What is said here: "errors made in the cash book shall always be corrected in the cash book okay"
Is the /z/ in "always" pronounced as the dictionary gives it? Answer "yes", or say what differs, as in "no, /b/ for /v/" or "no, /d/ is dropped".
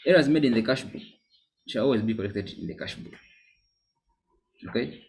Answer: yes